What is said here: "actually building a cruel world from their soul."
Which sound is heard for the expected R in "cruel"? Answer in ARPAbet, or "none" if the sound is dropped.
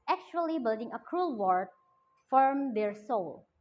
R